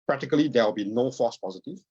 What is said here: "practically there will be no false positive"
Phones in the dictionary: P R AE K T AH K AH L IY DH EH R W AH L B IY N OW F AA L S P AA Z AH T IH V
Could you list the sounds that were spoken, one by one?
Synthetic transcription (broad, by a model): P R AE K T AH K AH L IY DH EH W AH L B IY N OW F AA S P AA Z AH T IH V